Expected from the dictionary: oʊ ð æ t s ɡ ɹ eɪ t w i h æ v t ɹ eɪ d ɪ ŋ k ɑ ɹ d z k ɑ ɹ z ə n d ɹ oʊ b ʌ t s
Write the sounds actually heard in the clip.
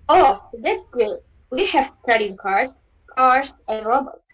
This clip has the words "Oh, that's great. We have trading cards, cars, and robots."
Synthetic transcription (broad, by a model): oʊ ð æ t s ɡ eɪ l w i h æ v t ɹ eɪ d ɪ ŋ k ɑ ɹ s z k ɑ ɹ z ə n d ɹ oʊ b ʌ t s